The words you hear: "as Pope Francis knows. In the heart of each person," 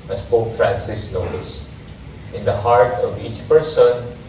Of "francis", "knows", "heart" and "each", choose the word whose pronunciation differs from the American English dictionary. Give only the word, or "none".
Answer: knows